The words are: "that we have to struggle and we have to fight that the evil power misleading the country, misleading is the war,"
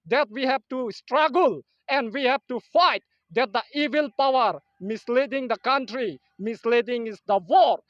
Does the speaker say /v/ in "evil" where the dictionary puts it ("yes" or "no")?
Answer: yes